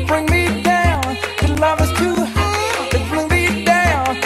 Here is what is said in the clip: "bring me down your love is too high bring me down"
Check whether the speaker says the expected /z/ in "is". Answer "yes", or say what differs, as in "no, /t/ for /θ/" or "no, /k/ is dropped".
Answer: no, /s/ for /z/